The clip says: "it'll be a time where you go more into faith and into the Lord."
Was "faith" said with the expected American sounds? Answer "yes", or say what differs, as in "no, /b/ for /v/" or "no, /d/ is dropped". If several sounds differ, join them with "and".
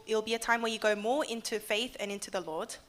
yes